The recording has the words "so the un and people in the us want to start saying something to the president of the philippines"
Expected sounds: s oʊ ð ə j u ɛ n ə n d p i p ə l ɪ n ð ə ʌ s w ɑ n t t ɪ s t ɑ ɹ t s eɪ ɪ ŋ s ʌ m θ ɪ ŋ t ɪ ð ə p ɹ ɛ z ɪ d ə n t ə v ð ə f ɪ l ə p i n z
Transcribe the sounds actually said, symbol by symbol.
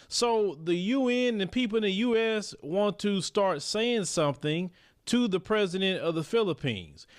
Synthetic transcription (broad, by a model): s oʊ ð ə j u ɛ n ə n p i p l ɪ n ð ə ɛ s w ɑ n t t ɪ s t ɑ ɹ t s eɪ ɪ ŋ s ʌ m θ ɪ ŋ t ɪ ð ə p ɹ ɛ z ɪ d ə n t ə v ð ə f ɪ l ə p i n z